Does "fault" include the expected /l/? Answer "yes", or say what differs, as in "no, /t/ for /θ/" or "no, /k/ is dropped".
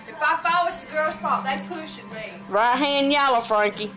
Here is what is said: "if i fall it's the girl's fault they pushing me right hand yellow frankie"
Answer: no, /l/ is dropped